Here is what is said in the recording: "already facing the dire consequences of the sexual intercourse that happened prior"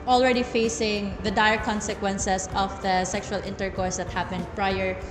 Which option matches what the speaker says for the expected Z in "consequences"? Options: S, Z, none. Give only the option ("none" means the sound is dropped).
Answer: S